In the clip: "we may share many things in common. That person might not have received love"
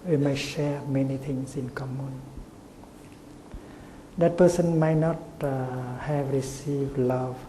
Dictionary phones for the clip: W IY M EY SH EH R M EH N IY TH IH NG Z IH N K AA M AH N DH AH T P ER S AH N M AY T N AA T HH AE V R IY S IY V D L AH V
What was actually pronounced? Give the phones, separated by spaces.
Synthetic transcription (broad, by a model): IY M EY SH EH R M EH N IY T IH NG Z IH N K AA M AH N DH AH T P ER S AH N M AY T N AA T HH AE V R IY S IY V D L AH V